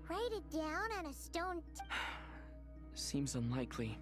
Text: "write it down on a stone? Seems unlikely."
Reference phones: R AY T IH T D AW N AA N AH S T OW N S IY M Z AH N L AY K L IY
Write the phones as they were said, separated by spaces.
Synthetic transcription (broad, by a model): R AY T IH T D AW N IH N AH S T OW N S IY M Z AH N L AY K L IY